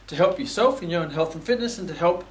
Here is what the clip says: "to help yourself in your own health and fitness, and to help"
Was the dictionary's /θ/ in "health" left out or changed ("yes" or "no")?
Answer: no